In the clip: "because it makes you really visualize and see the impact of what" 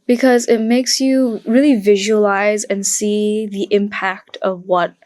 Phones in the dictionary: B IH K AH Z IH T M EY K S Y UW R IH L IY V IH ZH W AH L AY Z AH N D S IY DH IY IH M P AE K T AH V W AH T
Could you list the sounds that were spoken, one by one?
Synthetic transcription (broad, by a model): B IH K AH Z IH T M EY K S Y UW R IH L IY V IH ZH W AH L AY Z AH N S IY DH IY IH M P AE K T AH V W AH T